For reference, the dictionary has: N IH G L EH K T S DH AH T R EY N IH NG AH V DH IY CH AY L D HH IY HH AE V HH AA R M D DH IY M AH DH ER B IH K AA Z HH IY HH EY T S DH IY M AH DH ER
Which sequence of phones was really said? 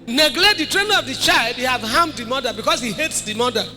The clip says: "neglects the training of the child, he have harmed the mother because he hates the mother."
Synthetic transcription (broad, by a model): N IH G L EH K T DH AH T R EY N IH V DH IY CH AY L D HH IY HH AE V HH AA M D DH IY M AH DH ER B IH K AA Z HH IY HH EY T S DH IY M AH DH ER